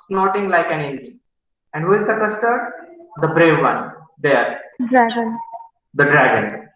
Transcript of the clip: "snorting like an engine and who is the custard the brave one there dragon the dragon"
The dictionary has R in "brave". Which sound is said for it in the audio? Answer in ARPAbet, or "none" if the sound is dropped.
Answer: R